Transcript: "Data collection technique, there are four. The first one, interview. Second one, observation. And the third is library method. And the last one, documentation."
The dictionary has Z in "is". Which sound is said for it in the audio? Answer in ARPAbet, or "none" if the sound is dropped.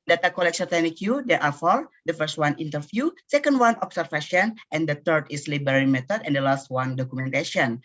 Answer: S